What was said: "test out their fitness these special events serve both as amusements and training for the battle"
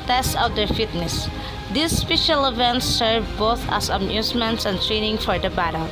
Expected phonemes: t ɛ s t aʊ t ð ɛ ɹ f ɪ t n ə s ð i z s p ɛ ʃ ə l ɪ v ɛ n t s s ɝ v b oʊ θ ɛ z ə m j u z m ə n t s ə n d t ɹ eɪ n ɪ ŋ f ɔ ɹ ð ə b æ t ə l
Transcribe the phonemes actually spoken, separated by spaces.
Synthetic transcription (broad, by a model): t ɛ s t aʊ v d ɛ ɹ f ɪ t n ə s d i s p ɛ ʃ ə l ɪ v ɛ n t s s ɝ v b oʊ θ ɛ s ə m j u s m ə n t s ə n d t ɹ eɪ n ɪ ŋ f ɔ ɹ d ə b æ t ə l